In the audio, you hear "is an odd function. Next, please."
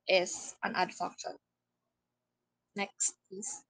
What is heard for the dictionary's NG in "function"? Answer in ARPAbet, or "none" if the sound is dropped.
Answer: none